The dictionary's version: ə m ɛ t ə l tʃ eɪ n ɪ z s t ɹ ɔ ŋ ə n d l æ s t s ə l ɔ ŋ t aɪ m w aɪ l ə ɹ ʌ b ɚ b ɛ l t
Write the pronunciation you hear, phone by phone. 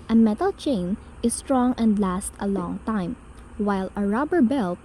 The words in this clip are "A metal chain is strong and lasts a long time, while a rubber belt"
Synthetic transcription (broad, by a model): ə m ɛ t ə l tʃ eɪ n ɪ s t ɹ ɔ ŋ ə n d l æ s t ə l ɔ ŋ t aɪ m w aɪ l ə ɹ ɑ b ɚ b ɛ l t